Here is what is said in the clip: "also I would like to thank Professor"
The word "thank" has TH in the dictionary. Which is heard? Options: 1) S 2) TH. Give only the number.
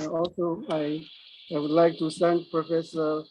1